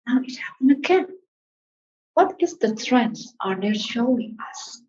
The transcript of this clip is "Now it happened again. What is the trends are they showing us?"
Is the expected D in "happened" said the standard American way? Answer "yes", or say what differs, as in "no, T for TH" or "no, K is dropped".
no, D is dropped